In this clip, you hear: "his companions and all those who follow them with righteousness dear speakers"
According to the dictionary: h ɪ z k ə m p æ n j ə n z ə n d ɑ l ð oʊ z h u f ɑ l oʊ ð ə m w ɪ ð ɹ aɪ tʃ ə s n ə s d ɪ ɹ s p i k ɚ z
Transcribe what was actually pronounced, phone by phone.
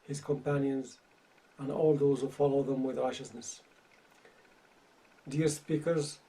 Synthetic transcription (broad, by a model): h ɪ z k ə m p æ n j ə n z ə n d ɑ l ð oʊ z h u f ɑ l oʊ ð ə m w ɪ ð ɹ aɪ tʃ ə s n ə s d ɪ ɹ s p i k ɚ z